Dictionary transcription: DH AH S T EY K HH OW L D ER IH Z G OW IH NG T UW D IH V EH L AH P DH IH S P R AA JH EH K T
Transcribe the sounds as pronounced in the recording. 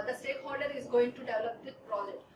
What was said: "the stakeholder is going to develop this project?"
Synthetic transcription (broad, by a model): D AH S T EY K HH OW L D ER IH Z G OW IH NG T UW D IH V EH L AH P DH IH P R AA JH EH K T